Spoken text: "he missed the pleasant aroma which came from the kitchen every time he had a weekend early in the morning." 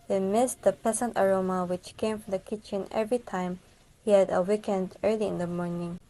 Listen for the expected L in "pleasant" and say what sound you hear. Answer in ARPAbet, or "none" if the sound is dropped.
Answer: none